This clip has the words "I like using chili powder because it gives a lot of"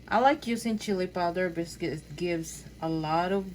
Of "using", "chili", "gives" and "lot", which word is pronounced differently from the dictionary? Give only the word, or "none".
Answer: using